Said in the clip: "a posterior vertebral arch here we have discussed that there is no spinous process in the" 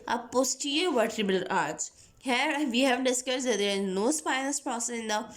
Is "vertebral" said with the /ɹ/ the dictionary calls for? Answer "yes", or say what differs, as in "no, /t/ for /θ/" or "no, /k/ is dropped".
no, /ɹ/ is dropped